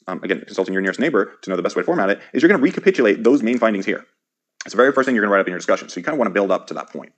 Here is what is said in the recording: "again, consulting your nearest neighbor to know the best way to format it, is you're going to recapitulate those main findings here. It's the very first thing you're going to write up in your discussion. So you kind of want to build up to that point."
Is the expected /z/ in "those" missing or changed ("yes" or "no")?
no